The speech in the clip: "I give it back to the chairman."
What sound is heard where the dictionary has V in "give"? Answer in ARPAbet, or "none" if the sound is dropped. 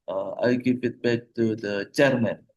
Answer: P